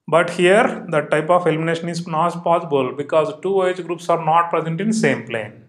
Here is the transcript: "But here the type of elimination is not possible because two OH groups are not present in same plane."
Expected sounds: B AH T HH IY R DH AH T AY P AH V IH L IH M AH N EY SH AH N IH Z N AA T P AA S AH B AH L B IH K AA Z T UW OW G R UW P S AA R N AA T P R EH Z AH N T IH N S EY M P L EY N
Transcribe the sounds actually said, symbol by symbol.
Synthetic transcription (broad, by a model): B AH T HH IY R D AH T AY P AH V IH L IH M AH N EY SH AH N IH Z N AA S P AA S AH B AH L B IH K AA Z T UW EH G R UW P S AA R N AA T P R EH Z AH N T IH N S EY M P L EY N